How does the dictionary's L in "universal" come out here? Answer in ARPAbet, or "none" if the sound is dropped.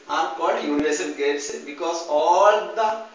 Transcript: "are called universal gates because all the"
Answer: N